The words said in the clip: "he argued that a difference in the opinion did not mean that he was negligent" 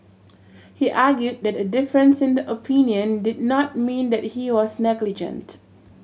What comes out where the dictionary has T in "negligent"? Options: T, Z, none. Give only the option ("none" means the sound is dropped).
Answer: T